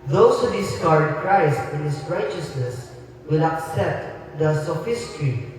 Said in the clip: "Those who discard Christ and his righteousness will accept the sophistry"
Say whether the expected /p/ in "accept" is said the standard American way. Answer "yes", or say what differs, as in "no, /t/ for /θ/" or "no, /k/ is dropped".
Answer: yes